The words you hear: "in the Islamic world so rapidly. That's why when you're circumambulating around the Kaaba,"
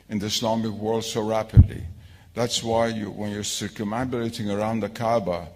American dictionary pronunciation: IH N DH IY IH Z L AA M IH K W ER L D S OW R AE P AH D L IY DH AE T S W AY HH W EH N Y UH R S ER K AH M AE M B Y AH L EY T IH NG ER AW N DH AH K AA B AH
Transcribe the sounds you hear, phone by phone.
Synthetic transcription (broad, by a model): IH N DH IY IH S L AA M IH K W ER L D S OW R AE P AH D L IY DH AE T S W AY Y W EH N Y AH R S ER K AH M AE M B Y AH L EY T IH NG ER AW N DH AH K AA B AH